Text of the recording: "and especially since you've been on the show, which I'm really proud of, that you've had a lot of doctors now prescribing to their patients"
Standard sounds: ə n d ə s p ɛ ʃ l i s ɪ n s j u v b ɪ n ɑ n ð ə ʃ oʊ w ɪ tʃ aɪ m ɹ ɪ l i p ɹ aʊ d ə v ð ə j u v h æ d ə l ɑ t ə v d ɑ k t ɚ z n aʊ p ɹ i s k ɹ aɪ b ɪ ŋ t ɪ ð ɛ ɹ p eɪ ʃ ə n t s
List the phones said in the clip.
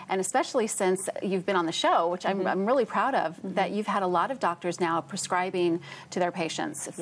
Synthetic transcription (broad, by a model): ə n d ə s p ɛ ʃ l i s ɪ n s j u v b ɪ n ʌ n ð ə ʃ oʊ w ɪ tʃ aɪ m ɹ ɪ l i p ɹ aʊ d ə v ð ə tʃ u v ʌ d ə l ɑ t ə v d ɑ k t ɚ z n aʊ p ɹ i s k ɹ aɪ b ɪ ŋ t ɪ ð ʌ ɹ p eɪ ʃ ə n t s